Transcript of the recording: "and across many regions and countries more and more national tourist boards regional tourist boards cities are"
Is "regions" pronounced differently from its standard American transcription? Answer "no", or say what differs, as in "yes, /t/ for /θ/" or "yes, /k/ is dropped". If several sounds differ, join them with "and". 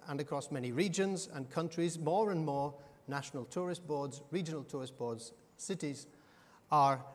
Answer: no